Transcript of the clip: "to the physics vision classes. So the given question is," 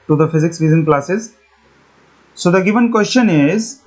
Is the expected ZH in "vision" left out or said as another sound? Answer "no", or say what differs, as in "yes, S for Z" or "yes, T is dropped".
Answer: yes, Z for ZH